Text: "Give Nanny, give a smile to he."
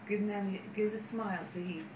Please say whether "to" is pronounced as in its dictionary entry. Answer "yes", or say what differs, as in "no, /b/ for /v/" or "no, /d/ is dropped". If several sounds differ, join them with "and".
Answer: no, /s/ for /t/